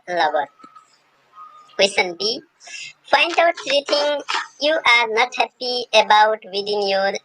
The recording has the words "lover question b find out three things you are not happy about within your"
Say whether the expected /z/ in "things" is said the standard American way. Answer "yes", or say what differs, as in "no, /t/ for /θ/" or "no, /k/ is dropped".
no, /z/ is dropped